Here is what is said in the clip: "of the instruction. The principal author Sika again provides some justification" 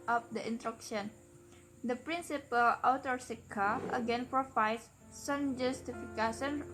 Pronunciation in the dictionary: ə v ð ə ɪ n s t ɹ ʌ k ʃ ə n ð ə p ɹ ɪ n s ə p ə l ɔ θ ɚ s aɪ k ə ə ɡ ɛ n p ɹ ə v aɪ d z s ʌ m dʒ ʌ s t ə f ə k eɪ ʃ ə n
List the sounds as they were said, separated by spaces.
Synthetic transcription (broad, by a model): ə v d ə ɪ n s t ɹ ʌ k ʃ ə n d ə p ɹ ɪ n s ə p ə l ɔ t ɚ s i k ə ə ɡ ɛ n p ɹ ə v aɪ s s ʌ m dʒ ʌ s t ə f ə k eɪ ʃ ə n